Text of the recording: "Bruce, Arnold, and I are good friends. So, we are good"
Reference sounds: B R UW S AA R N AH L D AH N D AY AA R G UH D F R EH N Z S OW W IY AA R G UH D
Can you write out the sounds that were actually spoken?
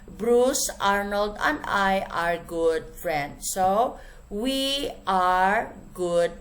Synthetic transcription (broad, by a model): B R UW S AA R N AH L D AH N D AY AA R G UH D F R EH N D S OW W IY AA R G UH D